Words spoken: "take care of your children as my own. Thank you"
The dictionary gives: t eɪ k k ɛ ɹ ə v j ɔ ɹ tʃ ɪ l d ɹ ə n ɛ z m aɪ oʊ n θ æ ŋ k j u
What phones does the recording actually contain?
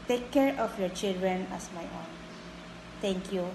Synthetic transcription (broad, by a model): t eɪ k k ɛ ɹ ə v j ɔ ɹ tʃ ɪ l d ɹ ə n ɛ s m aɪ oʊ n t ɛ ŋ k j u